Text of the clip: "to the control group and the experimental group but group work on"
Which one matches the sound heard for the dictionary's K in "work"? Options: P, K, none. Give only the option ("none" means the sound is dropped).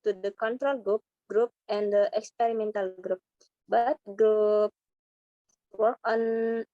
none